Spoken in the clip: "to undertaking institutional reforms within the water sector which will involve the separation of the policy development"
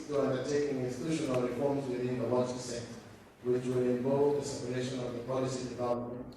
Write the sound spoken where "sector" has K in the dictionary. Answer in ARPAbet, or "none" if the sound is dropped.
none